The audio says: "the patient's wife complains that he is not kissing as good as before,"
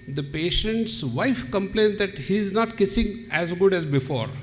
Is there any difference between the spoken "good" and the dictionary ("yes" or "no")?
no